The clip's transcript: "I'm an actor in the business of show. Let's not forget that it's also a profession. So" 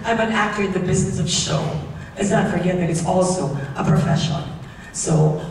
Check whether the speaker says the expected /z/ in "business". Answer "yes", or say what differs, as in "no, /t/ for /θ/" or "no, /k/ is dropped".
yes